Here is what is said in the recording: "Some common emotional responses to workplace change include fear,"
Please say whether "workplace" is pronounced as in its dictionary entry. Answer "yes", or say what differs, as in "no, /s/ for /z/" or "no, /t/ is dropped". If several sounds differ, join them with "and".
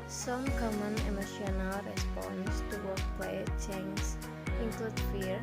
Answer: no, /s/ is dropped